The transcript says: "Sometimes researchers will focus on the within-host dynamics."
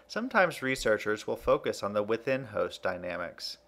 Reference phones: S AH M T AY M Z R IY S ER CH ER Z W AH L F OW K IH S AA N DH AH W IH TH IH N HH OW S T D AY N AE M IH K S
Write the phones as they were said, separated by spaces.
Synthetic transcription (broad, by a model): S AH M T AY M Z R IY S ER CH ER Z W AH L F OW K IH S N DH AH W IH TH IH N HH OW S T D AY N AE M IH K S